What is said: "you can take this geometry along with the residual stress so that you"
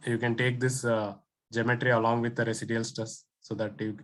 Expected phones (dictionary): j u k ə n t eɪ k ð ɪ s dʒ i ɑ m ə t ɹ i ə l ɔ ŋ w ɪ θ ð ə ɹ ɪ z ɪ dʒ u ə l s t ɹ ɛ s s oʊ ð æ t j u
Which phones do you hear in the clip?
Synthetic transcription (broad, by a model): j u k ə n t eɪ k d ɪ s dʒ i m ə t ɹ i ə l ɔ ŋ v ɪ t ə ɹ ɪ s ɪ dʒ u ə l s t ʌ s s oʊ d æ t j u